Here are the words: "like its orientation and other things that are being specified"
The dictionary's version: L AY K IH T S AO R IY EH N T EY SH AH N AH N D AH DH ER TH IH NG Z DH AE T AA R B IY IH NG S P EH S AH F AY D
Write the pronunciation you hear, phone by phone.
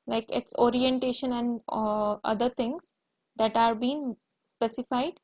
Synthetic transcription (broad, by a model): L AY K IH T S AO R IY EH N T EY SH AH N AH N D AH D ER T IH NG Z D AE T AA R B IY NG S P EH S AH F AY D